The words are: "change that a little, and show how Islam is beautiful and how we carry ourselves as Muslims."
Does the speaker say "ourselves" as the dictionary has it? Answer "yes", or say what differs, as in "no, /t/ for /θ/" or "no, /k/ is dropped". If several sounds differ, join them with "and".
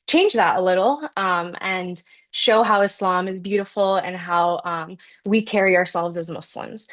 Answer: yes